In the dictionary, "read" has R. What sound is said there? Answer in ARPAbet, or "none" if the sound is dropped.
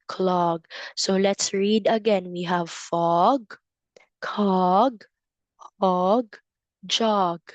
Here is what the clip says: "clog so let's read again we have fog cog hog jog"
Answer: R